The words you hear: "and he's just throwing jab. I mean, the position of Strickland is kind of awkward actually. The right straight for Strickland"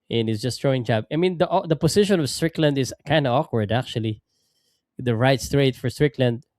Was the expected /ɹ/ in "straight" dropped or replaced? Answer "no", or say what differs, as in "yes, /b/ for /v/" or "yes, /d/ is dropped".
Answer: no